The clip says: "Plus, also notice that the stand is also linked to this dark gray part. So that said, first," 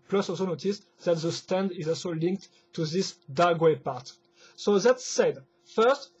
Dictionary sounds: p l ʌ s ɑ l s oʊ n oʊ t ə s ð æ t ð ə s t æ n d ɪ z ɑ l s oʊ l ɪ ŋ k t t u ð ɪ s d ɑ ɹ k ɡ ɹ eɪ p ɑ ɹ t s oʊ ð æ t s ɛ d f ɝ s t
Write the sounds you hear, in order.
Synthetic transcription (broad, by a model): p l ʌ s ɑ l s oʊ n oʊ t ə s ð æ t ð ə s t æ n d ɪ z ɑ l s oʊ l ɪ ŋ k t t u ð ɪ s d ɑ ɡ w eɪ p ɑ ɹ t s oʊ ð æ t s ɛ d f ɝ s t